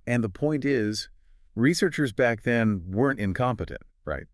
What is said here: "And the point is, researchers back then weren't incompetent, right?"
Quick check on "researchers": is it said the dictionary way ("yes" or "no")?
yes